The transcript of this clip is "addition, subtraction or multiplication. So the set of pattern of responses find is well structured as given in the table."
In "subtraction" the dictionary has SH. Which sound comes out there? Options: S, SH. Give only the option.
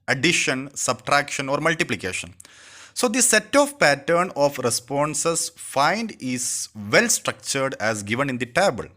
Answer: SH